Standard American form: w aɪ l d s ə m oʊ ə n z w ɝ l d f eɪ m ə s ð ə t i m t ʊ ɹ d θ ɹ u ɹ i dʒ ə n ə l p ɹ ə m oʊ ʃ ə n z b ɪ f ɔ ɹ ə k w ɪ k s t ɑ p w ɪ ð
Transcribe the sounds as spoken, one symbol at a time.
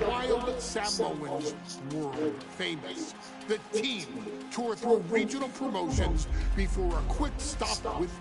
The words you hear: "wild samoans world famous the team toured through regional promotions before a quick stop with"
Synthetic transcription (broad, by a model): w aɪ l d s ə m oʊ ə n z w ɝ f eɪ m ə s ð ə t i m t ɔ ɹ θ ɹ u ɹ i dʒ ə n l p ɹ ə m oʊ ʃ ə n z b ɪ f ɔ ɹ ə k w ɪ k s t ɑ p w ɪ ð